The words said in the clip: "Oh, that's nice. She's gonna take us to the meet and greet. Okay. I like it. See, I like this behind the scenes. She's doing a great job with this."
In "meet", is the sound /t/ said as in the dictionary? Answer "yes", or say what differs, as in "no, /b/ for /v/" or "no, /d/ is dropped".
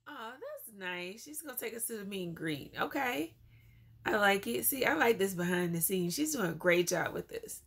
no, /t/ is dropped